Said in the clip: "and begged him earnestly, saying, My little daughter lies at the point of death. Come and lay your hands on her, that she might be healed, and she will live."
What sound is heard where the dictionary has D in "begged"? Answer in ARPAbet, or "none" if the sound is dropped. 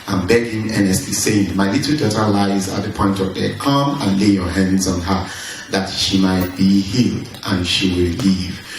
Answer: none